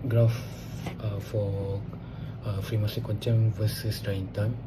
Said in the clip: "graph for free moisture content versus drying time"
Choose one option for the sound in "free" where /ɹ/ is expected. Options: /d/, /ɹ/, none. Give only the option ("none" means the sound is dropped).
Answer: /ɹ/